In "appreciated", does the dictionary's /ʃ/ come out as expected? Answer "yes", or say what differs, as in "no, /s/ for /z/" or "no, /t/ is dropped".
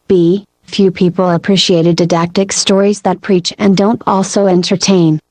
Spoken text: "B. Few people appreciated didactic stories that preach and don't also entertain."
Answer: yes